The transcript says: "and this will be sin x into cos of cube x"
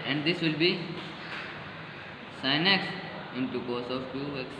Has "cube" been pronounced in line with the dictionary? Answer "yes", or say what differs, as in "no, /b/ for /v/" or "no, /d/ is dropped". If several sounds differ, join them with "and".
no, /b/ is dropped